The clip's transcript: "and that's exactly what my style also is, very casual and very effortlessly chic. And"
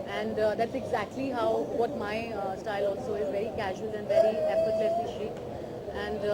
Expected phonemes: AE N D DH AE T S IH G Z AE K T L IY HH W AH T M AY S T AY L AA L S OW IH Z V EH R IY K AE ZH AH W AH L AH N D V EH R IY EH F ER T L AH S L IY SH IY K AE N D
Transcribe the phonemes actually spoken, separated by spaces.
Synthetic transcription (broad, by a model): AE N D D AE T S IH G Z AE K T L IY HH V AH T M AY S T AY L AA L S OW IH Z V EH R IY K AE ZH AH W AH L AH N D V EH R IY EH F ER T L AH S IY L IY AE N D